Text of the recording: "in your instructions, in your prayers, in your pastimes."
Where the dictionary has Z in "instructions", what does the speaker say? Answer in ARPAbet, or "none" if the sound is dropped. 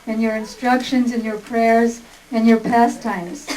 Z